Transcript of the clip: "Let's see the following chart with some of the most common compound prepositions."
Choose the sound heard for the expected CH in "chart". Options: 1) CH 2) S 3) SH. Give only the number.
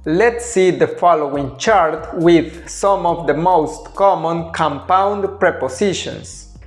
1